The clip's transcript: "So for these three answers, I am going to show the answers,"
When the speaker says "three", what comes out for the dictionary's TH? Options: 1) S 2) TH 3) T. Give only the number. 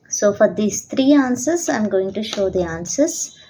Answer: 3